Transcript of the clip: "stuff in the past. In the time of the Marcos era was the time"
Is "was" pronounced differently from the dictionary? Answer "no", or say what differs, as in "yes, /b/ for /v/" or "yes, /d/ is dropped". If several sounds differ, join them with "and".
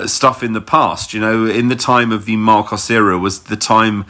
no